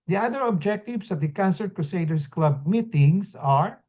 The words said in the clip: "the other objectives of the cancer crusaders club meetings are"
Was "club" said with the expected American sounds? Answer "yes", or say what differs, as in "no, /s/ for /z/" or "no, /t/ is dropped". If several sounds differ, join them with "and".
yes